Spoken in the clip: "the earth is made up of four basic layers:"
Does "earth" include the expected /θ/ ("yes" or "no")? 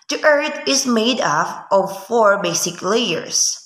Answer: no